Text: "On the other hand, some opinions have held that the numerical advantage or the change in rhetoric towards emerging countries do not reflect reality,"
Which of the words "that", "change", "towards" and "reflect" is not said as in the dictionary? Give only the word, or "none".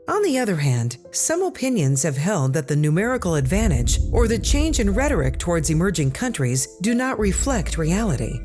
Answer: none